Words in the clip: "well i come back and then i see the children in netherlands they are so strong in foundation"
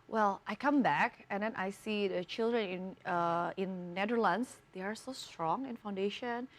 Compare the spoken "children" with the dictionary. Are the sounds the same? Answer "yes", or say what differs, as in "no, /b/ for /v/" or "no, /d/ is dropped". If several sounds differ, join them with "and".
yes